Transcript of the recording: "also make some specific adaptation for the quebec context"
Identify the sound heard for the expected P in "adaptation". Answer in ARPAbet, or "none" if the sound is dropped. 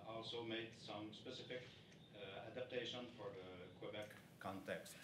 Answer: P